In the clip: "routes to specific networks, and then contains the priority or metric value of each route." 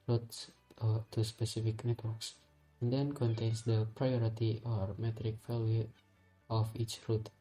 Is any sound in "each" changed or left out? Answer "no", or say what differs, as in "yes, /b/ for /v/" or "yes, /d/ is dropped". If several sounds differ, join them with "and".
no